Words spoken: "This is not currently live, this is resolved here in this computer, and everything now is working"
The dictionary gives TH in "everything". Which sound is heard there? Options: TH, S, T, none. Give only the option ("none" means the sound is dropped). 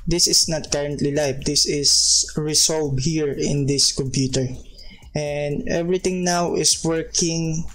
T